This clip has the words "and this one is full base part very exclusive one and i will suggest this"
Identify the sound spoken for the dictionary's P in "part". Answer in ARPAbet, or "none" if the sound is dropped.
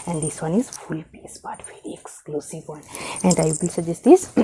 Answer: B